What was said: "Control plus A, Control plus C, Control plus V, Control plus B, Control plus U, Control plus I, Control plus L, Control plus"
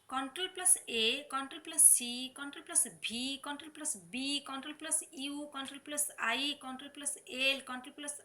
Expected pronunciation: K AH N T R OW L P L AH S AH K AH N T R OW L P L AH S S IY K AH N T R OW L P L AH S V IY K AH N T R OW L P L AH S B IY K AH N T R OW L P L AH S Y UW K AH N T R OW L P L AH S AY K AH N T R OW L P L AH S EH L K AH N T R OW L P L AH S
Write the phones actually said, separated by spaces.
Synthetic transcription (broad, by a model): K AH N T R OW L P L AH S AH K AH N T R OW L P L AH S S IY K AH N T R OW L P L AH S B IY K AH N T R OW L P L AH S B IY K AH N T R OW L P L AH S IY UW K AH N T R OW L P L AH S AY K AH N T R OW L P L AH S EH L K AH N T R OW L P L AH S